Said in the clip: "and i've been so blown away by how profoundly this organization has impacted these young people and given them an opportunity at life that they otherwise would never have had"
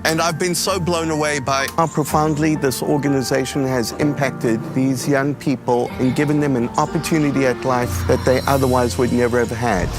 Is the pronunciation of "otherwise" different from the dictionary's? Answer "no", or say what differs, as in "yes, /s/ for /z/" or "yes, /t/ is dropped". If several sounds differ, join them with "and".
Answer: no